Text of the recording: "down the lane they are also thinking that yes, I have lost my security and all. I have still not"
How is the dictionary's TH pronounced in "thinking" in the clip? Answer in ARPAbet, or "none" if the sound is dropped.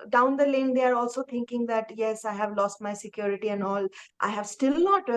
T